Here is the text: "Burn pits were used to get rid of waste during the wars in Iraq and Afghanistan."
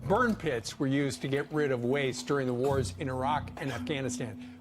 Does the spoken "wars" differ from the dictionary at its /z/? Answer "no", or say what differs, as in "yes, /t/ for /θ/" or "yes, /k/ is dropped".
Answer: no